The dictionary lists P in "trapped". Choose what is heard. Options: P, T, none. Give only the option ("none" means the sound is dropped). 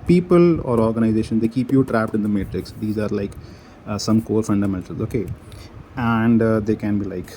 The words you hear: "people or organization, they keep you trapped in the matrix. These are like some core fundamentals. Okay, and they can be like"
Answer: P